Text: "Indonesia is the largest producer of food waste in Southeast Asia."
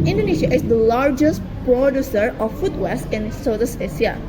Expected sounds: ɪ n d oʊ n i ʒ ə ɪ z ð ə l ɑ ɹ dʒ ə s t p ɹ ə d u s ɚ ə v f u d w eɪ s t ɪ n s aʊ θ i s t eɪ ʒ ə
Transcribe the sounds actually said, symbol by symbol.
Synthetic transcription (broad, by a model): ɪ n d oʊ n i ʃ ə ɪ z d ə l ɑ ɹ dʒ ə s t p ɹ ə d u s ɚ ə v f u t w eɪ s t ɪ n s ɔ t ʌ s eɪ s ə